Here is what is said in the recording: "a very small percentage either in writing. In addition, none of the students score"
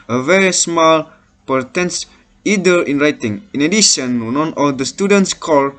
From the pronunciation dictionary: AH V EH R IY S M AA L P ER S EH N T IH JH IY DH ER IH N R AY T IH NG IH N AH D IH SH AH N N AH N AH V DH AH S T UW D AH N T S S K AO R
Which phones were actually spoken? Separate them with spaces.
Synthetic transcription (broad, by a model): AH V EH R IY S M AA L P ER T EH N S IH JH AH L IH N R AY T IH NG IH N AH D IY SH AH N N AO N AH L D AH S T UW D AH N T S S K AO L